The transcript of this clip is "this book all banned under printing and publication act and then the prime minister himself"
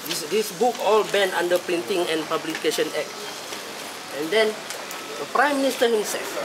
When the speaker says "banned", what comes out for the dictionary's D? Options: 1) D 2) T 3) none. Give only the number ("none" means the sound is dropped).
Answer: 3